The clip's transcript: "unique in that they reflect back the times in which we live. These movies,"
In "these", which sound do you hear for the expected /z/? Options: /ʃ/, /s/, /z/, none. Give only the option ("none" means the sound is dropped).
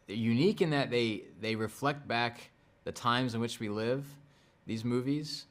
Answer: /z/